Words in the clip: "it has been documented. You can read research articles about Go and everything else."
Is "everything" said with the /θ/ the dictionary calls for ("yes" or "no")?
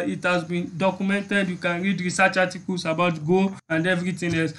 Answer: no